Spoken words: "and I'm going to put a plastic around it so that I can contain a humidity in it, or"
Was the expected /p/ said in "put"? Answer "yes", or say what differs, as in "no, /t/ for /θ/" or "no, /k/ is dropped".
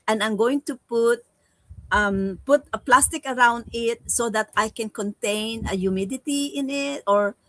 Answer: yes